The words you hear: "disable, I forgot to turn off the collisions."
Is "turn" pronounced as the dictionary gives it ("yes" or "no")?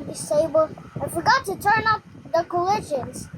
yes